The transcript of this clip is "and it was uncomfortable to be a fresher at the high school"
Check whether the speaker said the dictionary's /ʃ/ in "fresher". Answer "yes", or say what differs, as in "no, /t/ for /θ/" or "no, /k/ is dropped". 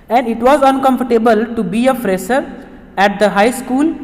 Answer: no, /s/ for /ʃ/